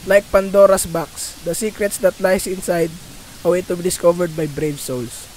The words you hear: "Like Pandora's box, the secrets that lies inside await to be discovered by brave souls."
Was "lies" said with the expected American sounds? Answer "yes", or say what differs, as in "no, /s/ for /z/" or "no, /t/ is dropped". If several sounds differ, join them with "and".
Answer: no, /s/ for /z/